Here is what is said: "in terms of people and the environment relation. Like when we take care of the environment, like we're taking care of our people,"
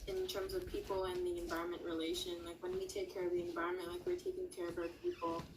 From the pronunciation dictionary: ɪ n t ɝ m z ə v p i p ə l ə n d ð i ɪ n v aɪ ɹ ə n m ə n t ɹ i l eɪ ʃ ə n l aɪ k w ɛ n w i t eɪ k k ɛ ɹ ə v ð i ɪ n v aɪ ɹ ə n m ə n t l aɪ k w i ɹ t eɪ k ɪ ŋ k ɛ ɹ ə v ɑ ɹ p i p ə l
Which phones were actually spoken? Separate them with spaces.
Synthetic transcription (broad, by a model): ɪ n t ɝ m z ə v p i p l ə n ð i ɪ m v aɪ ɹ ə n m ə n t ɹ i l eɪ ʃ ə n l aɪ k w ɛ n w i t eɪ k k ɛ ɹ ə v ð i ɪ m v aɪ ɹ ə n m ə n t l aɪ k w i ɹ t eɪ k ɪ ŋ k ɛ ɹ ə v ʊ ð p i p l